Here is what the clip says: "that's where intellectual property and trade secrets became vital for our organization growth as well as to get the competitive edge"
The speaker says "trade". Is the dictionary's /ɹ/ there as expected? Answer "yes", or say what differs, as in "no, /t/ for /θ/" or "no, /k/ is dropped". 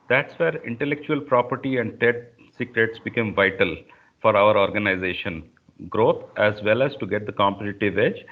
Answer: no, /ɹ/ is dropped